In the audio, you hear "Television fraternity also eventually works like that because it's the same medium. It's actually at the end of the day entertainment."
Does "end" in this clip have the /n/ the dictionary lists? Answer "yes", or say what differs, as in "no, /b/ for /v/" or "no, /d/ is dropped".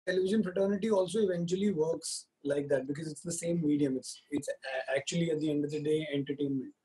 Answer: yes